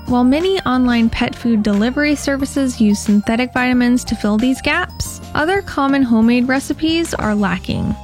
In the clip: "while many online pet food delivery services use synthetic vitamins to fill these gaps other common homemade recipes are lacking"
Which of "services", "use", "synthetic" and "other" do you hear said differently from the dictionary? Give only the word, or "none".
none